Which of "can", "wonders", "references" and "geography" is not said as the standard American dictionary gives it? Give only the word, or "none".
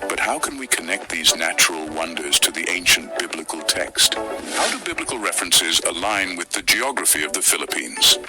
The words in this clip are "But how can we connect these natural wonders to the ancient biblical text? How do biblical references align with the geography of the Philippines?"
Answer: none